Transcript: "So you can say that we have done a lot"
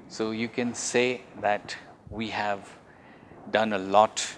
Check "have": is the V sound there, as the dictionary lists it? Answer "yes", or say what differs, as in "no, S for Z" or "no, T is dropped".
yes